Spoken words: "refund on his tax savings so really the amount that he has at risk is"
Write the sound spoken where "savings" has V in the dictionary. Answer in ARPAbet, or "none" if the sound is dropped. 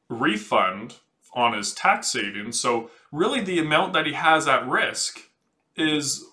none